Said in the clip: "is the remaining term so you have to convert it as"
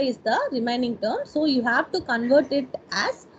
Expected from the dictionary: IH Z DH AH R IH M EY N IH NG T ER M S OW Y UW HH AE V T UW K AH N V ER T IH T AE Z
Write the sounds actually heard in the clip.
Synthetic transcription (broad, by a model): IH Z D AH R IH M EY N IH NG T ER M S OW Y UW HH AE V T UW K AH N V ER T IH T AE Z